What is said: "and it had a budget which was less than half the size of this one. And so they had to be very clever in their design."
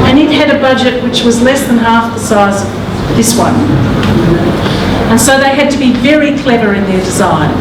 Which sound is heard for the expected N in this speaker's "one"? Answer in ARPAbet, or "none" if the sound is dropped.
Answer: N